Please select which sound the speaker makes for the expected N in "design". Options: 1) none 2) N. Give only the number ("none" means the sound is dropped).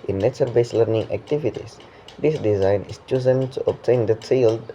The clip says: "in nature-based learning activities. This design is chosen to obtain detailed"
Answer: 2